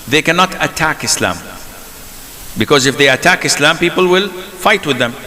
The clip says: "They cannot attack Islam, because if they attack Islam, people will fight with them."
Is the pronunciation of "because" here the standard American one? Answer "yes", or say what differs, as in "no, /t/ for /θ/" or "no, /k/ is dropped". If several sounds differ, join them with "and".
yes